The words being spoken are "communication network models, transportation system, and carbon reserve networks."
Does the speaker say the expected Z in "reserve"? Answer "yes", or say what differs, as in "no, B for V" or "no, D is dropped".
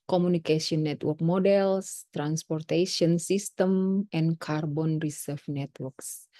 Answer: no, S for Z